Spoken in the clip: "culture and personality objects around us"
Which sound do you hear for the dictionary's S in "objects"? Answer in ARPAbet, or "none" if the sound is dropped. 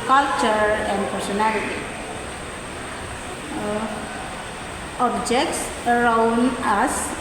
S